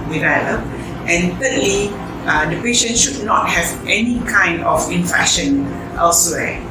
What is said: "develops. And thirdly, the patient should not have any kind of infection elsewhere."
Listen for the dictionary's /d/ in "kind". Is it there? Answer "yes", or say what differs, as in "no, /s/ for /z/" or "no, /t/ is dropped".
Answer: yes